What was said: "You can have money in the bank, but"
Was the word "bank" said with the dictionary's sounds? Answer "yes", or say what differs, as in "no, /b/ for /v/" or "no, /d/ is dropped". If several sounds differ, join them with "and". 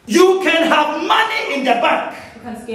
no, /ŋ/ is dropped